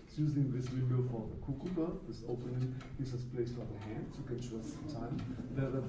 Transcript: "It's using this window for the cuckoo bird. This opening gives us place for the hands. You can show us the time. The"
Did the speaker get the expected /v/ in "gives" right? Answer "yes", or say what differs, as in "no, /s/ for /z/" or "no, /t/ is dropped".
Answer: no, /v/ is dropped